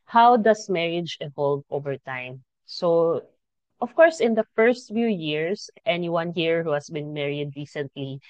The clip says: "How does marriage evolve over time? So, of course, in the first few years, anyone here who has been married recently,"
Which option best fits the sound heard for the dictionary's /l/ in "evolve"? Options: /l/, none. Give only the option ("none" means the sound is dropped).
/l/